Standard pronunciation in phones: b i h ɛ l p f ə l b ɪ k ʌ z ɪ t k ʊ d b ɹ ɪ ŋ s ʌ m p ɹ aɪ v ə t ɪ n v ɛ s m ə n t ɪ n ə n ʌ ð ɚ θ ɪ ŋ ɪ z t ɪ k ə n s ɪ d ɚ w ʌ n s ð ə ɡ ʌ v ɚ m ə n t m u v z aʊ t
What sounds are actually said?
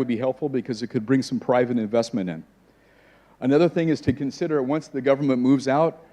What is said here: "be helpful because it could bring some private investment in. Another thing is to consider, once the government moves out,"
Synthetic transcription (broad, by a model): b i h ɛ l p f l b ɪ k ʌ z ɪ t k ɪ d b ɹ ɪ ŋ s ʌ m p ɹ aɪ v ə t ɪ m v ɛ s m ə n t ɪ n ə n ʌ ð ɚ θ ɪ ŋ ɪ z t ɪ k ə n s ɪ d ɚ w ʌ n s ð ə ɡ ʌ v ɚ m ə n m u v z aʊ t